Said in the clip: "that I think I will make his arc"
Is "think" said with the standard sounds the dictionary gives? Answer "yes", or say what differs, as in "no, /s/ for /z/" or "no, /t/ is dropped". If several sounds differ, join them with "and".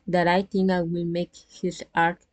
no, /t/ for /θ/ and /k/ is dropped